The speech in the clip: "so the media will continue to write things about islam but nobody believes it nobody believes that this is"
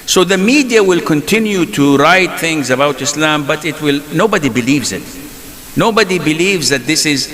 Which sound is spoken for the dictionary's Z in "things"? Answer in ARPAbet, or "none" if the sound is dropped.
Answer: Z